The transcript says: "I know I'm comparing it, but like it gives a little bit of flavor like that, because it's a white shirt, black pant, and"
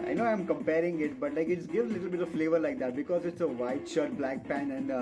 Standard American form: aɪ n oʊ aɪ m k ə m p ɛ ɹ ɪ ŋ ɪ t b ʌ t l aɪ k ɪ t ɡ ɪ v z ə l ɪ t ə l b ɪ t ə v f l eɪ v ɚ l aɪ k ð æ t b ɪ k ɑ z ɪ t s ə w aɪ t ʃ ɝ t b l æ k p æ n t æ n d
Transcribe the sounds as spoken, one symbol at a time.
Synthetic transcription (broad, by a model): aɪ n oʊ aɪ m k ə m p ɛ ɹ ɪ ŋ ɪ t b ʌ t l aɪ k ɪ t ɡ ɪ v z ə l ɪ t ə l b ɪ t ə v f l eɪ v ɚ l aɪ k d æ t b ɪ k ɑ z ɪ t s ə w aɪ t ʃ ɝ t b l æ k p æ n æ n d